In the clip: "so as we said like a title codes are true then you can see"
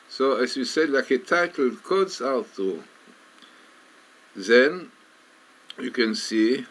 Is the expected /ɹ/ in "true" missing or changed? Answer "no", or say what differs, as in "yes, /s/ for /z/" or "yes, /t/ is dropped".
yes, /ɹ/ is dropped